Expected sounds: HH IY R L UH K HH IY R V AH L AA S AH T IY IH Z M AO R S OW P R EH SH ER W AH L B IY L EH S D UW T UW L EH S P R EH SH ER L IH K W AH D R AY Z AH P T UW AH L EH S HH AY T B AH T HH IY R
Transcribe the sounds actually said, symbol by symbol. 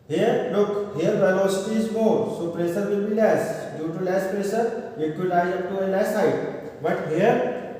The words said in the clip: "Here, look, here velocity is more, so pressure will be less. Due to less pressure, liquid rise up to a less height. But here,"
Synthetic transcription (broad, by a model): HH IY R L UH K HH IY R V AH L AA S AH T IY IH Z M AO S OW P R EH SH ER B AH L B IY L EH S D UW T UW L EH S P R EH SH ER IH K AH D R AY AH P T UW AH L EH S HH AY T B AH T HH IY R